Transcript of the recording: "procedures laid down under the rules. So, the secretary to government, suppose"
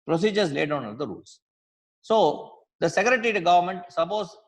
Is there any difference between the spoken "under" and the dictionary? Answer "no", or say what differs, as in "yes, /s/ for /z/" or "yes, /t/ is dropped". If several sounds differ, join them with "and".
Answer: yes, /l/ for /n/